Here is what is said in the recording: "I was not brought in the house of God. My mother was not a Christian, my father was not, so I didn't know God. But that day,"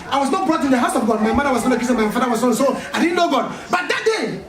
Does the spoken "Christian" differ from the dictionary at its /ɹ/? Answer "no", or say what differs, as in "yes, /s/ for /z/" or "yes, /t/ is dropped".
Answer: yes, /ɹ/ is dropped